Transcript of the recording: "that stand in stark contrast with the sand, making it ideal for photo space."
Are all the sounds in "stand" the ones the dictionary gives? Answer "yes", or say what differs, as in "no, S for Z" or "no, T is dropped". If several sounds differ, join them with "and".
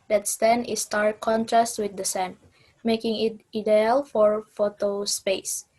no, D is dropped